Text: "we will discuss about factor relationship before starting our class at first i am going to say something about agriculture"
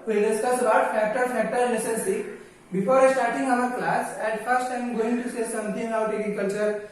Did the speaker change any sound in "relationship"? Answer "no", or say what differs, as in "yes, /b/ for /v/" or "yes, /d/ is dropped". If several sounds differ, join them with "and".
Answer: yes, /n/ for /l/ and /s/ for /ʃ/ and /s/ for /ʃ/